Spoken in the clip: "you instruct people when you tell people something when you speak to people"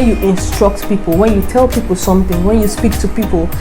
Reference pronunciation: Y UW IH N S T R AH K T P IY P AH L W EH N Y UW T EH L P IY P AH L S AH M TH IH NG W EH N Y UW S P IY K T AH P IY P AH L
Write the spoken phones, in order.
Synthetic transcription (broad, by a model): Y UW IH N S T R AH K T P IY P AH L W EH N Y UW T EH L P IY P AH L S AH M TH IH NG W EH N Y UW S P IY K T AH P IY P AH L